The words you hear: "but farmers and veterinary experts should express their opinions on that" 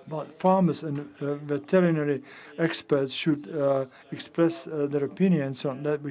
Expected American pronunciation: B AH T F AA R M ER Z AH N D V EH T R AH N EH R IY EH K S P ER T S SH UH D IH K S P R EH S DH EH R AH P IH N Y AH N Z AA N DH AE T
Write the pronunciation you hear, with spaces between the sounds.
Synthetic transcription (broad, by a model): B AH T F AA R M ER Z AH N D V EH T R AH N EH R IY EH K S P ER T S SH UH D IH K S P R EH S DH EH R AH P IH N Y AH N S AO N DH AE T